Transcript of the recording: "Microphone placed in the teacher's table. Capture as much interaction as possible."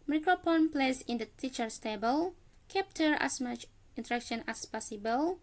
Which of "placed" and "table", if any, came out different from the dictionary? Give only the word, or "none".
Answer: placed